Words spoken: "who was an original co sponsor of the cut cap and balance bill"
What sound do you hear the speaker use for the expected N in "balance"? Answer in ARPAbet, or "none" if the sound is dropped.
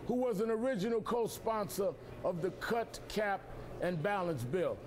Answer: N